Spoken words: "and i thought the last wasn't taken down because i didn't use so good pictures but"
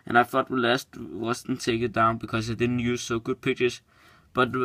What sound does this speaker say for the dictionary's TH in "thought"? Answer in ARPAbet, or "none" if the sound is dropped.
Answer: F